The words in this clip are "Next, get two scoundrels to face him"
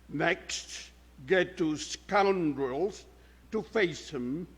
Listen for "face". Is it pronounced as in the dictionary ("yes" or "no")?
yes